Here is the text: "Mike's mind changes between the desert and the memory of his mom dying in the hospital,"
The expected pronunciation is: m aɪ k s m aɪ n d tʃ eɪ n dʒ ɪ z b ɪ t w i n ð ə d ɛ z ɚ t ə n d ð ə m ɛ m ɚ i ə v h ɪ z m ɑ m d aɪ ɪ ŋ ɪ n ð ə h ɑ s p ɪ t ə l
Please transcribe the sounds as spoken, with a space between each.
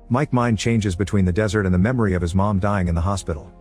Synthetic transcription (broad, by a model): m aɪ k m aɪ n tʃ eɪ n dʒ ɪ z b ɪ t w i n ð ə d ɛ z ɚ t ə n ð ə m ɛ m ɚ i ə v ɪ z m ɑ m d aɪ ɪ ŋ ɪ n ð ə h ɑ s p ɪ t l